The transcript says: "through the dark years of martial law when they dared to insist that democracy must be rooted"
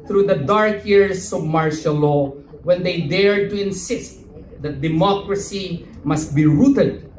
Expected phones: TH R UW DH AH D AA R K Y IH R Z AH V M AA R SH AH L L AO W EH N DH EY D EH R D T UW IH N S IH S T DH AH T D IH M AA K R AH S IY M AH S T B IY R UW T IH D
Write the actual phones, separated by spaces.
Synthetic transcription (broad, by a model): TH R UW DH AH D AA R K Y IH R S AH V M AA R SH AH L L AO W EH N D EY D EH R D T UW IH N S IH S T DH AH T D IH M AA K R AH S IY M AH S T B IY R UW T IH D